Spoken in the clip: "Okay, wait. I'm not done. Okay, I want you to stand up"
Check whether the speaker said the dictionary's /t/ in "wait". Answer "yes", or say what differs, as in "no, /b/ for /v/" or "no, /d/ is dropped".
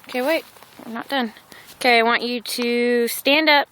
no, /t/ is dropped